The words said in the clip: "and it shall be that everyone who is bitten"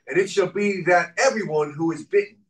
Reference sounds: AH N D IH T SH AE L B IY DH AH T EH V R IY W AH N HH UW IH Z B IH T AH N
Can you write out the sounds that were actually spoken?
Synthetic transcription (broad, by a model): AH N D IH T SH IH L B IY DH AH T EH V R IY W AH N HH UW IH Z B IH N